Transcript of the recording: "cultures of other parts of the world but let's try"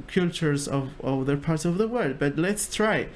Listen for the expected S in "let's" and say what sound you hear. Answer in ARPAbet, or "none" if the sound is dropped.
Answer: S